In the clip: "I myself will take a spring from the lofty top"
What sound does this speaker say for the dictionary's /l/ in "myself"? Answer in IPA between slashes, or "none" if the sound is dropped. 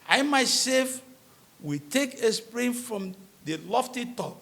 none